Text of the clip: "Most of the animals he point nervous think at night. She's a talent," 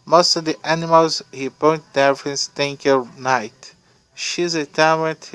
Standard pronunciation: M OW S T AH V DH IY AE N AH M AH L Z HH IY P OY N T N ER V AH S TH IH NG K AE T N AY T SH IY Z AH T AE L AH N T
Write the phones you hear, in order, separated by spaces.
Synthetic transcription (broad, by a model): M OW S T AH V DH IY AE N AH M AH L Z HH IY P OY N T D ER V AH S T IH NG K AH N AY T SH IY Z AH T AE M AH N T